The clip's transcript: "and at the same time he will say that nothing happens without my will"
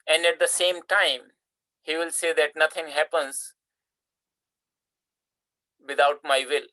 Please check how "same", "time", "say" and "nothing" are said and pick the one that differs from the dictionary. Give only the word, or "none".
nothing